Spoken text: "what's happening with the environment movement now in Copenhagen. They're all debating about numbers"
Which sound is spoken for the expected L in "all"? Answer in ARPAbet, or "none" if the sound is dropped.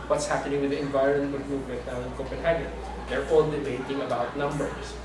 N